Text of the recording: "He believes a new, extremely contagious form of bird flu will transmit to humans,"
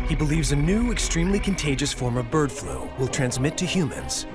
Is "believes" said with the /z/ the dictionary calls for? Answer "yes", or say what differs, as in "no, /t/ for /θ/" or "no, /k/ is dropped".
yes